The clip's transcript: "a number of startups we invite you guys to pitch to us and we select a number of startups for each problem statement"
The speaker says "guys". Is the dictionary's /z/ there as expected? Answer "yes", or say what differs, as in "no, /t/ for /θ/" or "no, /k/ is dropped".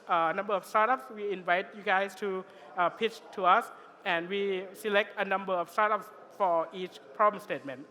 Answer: no, /s/ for /z/